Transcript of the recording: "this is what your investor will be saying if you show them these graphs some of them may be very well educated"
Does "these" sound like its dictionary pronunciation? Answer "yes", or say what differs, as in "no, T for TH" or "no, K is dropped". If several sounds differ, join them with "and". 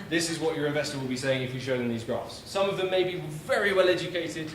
yes